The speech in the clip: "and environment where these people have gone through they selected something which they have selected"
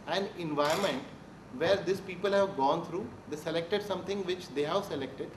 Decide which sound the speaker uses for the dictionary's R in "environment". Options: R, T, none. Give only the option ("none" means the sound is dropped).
none